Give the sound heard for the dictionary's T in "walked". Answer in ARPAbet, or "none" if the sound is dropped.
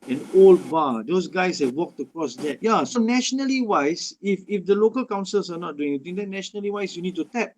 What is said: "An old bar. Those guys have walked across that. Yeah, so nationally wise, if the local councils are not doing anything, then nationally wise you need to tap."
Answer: T